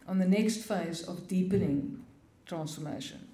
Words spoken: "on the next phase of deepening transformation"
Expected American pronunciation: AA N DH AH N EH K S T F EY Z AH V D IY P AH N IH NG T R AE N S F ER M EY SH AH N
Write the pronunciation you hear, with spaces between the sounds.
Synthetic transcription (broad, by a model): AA N DH AH N EH K S T F EY Z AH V D IY P AH N IH NG T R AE N S F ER M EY SH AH N